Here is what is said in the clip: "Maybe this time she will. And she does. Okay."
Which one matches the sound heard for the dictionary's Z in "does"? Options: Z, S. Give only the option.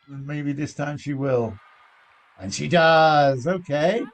Z